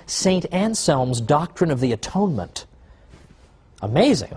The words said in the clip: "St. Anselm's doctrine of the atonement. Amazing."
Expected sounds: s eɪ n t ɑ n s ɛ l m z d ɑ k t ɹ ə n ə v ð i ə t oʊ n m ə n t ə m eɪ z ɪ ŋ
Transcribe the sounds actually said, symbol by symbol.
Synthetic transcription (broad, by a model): s eɪ n t ɑ n s ɛ l m z d ɑ k t ɹ ə n ə v ð i ə t oʊ n m ə n t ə m eɪ z ɪ ŋ